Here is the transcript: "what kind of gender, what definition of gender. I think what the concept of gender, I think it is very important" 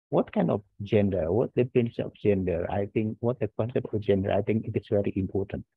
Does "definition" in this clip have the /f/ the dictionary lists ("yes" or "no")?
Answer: no